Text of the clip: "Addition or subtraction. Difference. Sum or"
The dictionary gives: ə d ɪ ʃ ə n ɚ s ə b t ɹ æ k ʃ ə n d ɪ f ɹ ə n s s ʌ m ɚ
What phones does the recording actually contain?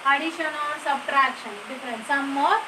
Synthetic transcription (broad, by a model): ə d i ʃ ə n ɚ s ə b t ɹ æ k ʃ ə n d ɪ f ɹ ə n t s ʌ m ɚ